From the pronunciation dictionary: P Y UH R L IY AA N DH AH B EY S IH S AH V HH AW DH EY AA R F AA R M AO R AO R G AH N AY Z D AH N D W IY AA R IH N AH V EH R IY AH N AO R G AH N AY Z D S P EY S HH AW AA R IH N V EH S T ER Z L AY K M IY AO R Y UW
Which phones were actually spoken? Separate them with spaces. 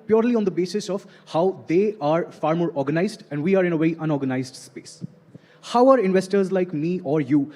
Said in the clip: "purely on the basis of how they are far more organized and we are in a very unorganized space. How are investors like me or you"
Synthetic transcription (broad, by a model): P Y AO R L IY AA N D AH B EY S IH S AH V HH AW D EY AA R F AA R M AO R AO R G AH N AY Z D AH N D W IY AA R IH N AH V EH IY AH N AO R G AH N AY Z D S P EY S HH AW AA R IH N V EH S T ER Z L AY K M IY AO R Y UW